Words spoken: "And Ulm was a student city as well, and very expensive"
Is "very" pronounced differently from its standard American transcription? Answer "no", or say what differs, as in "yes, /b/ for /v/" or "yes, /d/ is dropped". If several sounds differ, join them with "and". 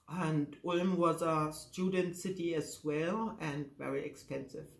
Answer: no